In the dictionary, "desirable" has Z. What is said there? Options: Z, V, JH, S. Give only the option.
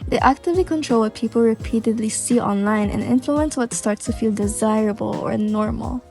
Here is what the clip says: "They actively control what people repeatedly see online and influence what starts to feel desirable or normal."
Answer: Z